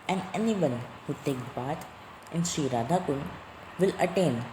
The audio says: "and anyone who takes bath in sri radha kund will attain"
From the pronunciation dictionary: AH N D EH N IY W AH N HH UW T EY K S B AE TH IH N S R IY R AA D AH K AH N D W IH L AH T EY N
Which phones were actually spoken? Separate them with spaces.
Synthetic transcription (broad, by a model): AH N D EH N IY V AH N HH UW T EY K B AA T IH N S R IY R AA D AH K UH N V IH L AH T EY N